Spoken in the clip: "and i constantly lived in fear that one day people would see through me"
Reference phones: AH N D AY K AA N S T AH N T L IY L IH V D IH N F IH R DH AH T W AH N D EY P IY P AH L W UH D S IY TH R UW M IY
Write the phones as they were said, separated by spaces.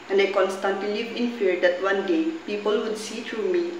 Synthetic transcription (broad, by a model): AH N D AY K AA N S T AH N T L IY L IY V IH N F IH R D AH T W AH N D EY P IY P AH L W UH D S IY T R UW M IY